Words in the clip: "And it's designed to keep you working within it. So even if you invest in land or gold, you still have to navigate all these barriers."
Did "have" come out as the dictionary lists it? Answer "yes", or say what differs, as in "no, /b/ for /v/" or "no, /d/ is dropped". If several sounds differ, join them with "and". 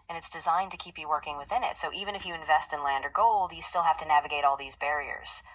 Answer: no, /f/ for /v/